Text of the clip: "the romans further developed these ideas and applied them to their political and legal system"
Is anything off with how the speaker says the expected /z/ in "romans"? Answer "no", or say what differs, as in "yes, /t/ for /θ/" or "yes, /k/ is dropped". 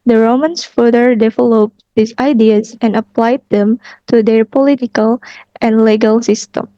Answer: yes, /s/ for /z/